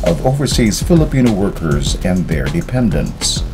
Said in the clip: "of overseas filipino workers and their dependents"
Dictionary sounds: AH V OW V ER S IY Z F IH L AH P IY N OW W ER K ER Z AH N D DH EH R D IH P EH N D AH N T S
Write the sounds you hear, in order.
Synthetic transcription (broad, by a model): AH V OW V ER S IY Z F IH L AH P IY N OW W ER K ER Z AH N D DH EH R D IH P EH N D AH N T S